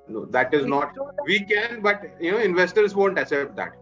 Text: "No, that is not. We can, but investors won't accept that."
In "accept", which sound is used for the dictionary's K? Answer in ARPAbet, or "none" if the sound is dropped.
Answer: none